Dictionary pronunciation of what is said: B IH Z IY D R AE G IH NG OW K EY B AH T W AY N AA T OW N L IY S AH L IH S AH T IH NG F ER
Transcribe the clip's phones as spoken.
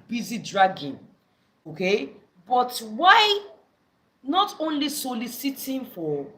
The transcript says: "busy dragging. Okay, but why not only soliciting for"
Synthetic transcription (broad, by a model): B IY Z IY D R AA G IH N OW K EY B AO T W AY N AA T OW N L IY S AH L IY S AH T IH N F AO